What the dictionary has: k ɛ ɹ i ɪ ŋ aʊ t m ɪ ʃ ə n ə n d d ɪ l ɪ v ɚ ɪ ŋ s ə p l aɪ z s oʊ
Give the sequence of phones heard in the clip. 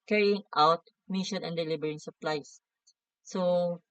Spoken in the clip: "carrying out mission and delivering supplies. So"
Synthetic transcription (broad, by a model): k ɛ ɹ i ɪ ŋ aʊ t m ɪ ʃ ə n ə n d d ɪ l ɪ b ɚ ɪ ŋ s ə p l aɪ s s oʊ